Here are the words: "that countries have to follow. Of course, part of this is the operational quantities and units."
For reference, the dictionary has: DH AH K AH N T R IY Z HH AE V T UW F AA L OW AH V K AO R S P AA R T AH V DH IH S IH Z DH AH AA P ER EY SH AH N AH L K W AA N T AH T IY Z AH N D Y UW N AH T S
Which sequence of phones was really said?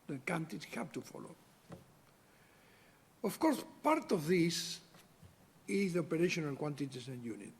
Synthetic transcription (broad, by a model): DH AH K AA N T IY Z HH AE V T UW F AA L OW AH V K AO R S P AA R T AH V DH IH S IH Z DH AH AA P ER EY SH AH N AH L K W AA N T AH T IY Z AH N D Y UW N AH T